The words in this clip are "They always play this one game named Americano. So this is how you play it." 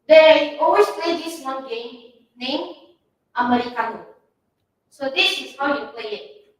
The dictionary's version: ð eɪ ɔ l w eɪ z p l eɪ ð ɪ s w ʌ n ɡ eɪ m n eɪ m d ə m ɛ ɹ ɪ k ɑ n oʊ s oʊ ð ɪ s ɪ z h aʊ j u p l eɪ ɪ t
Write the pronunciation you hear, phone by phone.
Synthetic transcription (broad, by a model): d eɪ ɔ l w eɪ s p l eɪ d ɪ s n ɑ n ɡ eɪ m n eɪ m ə m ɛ ɹ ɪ k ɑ n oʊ s oʊ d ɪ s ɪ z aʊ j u p l eɪ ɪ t